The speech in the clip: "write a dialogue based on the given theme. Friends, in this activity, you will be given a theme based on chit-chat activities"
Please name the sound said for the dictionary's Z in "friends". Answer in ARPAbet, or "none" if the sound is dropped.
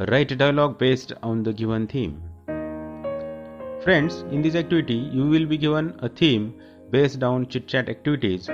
S